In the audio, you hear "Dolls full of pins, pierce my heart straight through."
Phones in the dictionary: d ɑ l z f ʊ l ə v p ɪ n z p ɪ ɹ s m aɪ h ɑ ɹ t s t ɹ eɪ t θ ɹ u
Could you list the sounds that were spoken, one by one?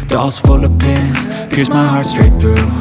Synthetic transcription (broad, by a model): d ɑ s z f ʊ l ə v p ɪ z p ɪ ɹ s m aɪ h ɑ ɹ t s t ɹ eɪ t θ ɹ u